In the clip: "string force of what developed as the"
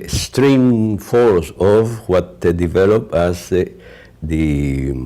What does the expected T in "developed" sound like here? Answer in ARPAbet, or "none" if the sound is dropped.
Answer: none